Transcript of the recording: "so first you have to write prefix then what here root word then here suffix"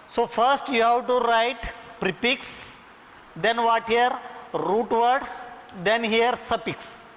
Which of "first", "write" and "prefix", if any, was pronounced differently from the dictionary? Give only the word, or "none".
prefix